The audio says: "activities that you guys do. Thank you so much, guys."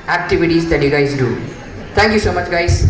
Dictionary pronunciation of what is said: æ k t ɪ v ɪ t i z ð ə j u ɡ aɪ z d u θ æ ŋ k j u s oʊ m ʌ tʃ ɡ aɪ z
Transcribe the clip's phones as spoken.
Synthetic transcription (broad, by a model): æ k t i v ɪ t i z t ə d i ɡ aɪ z d u t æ ŋ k j u s oʊ m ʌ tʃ ɡ aɪ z